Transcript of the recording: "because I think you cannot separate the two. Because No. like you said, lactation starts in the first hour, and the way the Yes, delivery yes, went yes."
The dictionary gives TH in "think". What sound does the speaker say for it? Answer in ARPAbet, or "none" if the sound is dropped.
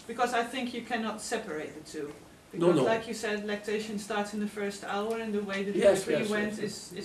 TH